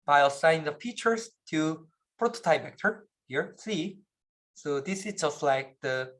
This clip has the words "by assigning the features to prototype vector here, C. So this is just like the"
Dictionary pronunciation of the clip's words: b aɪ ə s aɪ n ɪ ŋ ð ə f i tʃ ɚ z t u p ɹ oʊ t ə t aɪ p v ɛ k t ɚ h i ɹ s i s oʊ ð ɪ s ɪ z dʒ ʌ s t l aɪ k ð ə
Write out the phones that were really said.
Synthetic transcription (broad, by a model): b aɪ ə s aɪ ɪ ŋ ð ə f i tʃ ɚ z t u p ɹ oʊ t ə t aɪ p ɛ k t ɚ h i ɹ s i s oʊ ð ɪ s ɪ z dʒ ʌ s t l aɪ k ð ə